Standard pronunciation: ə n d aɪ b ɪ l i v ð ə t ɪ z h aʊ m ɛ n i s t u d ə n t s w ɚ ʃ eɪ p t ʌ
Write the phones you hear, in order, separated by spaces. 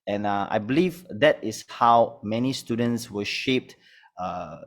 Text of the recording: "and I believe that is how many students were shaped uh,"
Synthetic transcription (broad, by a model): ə n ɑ aɪ b ɪ l i v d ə t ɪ s h aʊ m ɛ n i s t u d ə n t s w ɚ ʃ eɪ p t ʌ